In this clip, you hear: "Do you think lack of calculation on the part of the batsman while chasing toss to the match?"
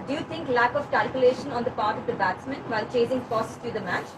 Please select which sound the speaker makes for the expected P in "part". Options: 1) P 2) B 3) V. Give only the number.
1